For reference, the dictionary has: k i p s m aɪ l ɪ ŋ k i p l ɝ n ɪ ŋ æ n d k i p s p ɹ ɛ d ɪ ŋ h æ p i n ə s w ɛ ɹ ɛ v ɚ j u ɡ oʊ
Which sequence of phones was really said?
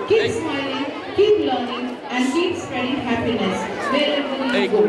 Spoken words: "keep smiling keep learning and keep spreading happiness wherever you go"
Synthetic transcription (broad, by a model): k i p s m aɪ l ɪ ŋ k i p l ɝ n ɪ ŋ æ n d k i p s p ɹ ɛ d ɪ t h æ p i n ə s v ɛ l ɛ b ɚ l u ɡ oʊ